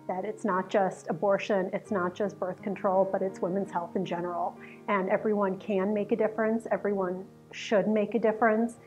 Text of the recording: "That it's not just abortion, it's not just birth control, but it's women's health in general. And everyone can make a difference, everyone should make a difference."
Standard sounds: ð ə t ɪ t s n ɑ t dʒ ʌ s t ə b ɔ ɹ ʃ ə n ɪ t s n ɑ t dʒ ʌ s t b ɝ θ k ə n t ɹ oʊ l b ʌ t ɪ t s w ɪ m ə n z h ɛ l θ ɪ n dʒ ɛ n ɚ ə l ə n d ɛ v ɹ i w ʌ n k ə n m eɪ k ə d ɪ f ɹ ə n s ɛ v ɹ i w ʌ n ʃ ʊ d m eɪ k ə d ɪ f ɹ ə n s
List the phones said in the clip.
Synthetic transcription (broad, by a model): ð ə t ɪ t s n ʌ t dʒ ʌ s t ə b ɔ ɹ ʃ ə n ɪ t s n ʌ t dʒ ʌ s t b ɝ θ k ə n t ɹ oʊ l b ʌ t ɪ t s w ɪ m ə n z h ɛ l θ ɪ n dʒ ɛ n ɚ l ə n ɛ v ɹ i w ʌ n k ə n m eɪ k ə d ɪ f ɹ ə n s ɛ v ɹ i w ʌ n ʃ ʊ d m eɪ k ə d ɪ f ɹ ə n s